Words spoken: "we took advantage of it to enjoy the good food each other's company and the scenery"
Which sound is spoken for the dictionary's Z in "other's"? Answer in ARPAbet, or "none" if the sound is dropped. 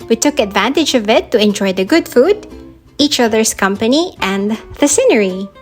S